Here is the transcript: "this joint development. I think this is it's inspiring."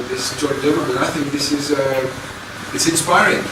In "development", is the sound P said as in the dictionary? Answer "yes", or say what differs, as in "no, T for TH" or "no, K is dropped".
no, P is dropped